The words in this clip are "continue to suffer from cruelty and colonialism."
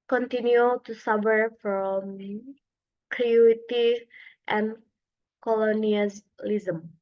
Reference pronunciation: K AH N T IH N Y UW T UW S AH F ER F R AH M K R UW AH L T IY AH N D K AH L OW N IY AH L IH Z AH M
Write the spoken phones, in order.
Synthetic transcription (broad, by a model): K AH N T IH N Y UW T UW S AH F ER F R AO M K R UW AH T IY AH N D K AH L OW N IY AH L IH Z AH M